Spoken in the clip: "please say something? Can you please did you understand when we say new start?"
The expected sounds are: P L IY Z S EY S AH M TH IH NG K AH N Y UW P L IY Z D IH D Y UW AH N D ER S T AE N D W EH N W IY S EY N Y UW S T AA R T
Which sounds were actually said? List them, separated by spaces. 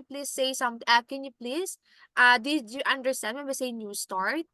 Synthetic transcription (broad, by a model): P L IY S EY S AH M T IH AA K AH N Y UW P L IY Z D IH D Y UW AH N D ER S T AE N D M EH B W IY S EY N Y UW S T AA R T